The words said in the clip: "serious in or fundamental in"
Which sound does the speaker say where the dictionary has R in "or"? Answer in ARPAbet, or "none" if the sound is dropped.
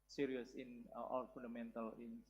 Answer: L